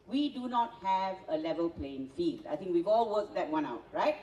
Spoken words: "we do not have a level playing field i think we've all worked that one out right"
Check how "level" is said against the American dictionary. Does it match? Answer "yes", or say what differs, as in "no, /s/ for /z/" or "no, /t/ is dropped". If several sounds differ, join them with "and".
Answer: yes